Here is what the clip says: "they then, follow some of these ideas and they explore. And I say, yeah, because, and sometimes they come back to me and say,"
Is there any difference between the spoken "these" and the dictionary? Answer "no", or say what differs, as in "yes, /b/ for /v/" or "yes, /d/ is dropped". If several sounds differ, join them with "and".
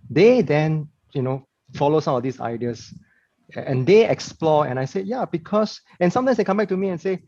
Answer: yes, /s/ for /z/